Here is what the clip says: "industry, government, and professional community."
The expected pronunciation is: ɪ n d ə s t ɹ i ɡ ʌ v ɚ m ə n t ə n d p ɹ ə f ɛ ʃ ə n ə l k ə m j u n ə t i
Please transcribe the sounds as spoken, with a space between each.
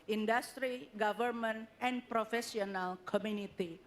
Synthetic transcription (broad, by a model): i n d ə s t ɹ i ɡ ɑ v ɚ m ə n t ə n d p ɹ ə f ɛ s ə n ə l k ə m j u n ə t i